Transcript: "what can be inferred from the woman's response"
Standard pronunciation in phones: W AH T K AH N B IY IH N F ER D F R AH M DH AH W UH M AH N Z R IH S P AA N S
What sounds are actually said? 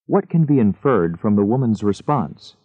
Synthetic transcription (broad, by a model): W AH T K AH N B IY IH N F ER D F R AH M DH AH W UH M AH N Z R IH S P AA N S